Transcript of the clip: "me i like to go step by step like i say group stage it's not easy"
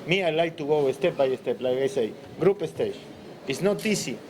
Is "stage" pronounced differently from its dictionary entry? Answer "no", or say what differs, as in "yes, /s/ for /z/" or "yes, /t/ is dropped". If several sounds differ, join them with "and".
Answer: yes, /ʃ/ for /dʒ/